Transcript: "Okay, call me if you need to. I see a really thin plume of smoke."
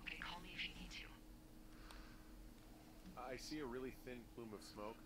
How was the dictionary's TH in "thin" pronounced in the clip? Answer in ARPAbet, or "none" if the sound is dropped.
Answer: TH